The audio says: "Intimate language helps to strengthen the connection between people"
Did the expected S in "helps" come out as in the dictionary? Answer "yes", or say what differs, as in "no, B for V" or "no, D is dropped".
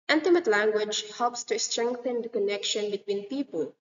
yes